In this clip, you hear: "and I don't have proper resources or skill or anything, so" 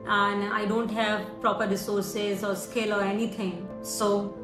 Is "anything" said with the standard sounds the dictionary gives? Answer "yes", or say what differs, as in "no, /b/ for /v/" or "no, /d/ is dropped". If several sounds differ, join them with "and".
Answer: no, /t/ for /θ/